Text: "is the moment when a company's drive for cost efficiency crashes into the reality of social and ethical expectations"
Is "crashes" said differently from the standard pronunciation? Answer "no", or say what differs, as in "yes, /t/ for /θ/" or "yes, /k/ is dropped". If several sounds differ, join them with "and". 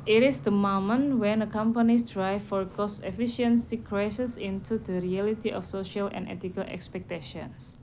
yes, /s/ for /ʃ/ and /s/ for /z/